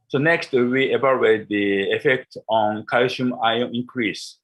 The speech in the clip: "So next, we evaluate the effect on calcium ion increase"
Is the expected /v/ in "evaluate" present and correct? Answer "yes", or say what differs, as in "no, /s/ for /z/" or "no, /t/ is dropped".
no, /b/ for /v/